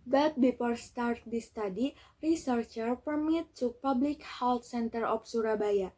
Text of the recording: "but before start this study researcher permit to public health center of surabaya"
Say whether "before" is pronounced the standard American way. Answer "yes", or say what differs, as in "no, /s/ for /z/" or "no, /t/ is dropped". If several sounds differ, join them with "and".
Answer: no, /p/ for /f/